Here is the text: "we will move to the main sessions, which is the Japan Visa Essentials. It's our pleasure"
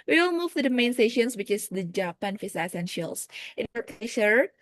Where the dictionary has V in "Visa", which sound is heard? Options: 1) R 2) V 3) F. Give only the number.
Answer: 3